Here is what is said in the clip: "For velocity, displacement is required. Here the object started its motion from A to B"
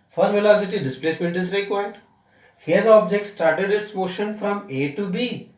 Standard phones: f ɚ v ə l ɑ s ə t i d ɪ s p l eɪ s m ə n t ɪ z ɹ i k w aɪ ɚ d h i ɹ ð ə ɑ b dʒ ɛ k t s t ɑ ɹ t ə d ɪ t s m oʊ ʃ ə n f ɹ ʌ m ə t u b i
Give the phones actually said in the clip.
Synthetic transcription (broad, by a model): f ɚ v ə l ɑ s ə t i d ɪ s p l eɪ s m ə n t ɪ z ɹ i k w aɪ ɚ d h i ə ɑ b dʒ ɛ k t s t ɑ ɹ t ə d ɪ t s m oʊ ʃ ə n f ɹ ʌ m ə t u b i